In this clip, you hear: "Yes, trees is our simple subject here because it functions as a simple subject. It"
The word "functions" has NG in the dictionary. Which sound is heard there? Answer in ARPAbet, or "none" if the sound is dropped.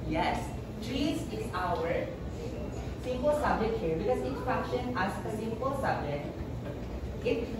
none